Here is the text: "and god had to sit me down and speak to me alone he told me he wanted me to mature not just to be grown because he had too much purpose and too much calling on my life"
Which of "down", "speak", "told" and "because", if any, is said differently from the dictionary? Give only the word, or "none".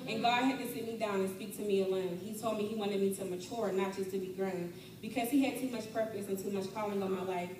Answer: none